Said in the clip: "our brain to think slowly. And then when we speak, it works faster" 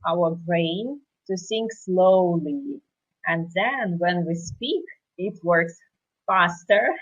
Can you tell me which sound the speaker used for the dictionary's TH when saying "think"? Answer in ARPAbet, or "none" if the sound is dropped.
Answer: S